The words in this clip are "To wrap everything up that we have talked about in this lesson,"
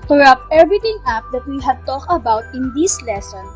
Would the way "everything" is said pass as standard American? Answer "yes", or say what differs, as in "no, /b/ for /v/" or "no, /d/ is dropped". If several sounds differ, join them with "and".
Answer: no, /t/ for /θ/